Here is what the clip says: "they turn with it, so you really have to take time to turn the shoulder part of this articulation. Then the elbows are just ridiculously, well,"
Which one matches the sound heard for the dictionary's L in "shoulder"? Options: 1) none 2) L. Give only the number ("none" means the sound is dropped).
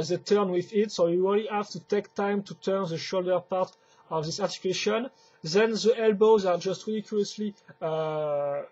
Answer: 2